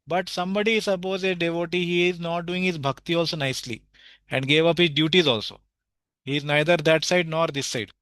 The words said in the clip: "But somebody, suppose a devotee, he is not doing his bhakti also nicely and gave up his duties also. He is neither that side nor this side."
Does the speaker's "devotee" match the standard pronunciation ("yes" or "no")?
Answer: yes